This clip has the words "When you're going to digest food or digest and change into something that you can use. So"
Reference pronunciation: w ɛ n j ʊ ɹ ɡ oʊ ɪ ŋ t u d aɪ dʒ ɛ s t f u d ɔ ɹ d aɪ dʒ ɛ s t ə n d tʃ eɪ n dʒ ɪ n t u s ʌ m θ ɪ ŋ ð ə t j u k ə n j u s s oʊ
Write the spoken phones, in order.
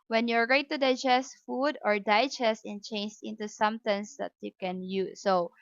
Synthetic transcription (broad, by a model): w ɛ n j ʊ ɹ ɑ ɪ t t u d aɪ dʒ ɛ s t f u d ɔ ɹ d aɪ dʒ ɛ s ə n tʃ eɪ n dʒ ɪ n t u s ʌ m t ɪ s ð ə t j u k ə n j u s s oʊ